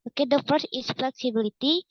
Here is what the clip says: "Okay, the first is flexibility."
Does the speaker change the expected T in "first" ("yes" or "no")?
yes